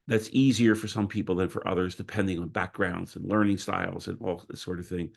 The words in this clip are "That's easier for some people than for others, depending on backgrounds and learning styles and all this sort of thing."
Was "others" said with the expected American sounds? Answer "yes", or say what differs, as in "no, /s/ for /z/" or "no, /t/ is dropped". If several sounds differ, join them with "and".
yes